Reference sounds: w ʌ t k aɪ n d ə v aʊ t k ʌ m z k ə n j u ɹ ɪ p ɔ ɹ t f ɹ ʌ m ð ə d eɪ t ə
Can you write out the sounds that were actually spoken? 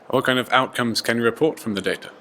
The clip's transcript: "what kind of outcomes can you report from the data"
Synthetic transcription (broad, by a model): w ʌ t k aɪ n d ə v aʊ t k ʌ m z k ə n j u ɹ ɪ p ɔ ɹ t f ɹ ʌ m ð ə d eɪ t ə